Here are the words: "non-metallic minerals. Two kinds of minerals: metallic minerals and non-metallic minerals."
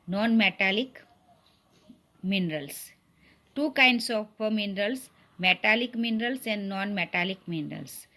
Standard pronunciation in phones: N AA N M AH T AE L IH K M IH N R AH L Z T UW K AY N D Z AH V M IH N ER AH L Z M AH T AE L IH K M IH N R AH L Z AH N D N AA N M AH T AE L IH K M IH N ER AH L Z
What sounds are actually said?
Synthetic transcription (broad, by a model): N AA N M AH T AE L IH K M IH N R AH L S T UW K AY N D S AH P M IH N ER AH L S M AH T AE L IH K M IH N R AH L S AH N D N AA N M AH T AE L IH K M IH N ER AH L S